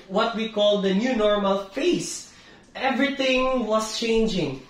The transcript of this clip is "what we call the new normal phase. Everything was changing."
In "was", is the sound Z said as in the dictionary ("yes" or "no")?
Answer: no